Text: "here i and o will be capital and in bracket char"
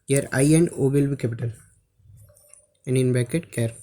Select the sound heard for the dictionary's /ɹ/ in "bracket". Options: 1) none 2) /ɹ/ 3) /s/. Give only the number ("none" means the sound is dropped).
1